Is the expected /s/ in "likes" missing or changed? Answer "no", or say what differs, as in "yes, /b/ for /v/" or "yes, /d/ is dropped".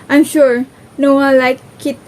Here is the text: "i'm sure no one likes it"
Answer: yes, /s/ is dropped